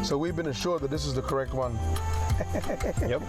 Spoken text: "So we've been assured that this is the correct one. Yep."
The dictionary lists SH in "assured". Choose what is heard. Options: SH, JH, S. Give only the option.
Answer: SH